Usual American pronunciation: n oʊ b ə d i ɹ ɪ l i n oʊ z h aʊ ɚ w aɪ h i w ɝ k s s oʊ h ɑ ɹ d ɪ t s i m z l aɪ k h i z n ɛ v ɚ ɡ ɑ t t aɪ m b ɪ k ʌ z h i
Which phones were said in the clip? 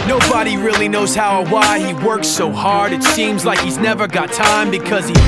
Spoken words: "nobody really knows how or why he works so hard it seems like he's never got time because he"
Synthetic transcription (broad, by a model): n oʊ b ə d i ɹ ɪ l i n oʊ z h aʊ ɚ w aɪ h i w ɝ k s s oʊ h ɑ ɹ d ɪ t s i m z l aɪ k h i z n ɛ v ɚ ɡ ɑ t t aɪ m b ɪ k ʌ z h i